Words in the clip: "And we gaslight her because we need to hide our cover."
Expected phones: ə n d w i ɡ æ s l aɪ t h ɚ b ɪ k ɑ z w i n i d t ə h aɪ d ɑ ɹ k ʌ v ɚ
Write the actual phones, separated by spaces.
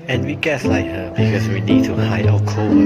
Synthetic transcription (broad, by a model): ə n w i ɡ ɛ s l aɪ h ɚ b ɪ k ɑ z w i n i d t ə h aɪ ɑ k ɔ